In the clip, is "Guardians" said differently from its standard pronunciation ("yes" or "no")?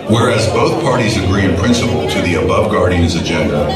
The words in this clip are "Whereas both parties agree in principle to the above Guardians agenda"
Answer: no